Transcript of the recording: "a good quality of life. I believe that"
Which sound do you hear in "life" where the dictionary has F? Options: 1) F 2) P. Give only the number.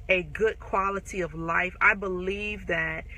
1